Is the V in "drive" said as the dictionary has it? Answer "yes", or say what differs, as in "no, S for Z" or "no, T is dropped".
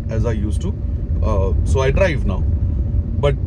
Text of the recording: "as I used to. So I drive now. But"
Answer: yes